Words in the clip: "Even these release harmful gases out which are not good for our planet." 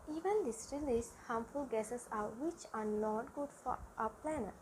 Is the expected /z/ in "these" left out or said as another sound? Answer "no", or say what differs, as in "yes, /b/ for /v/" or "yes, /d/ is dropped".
yes, /s/ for /z/